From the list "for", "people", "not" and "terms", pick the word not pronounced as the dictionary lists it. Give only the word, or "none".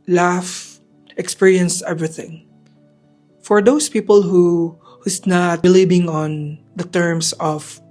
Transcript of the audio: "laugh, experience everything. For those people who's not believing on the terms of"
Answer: terms